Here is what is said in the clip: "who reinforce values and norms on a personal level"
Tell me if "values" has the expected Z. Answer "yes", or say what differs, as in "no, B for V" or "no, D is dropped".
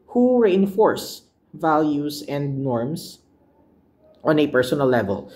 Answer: no, S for Z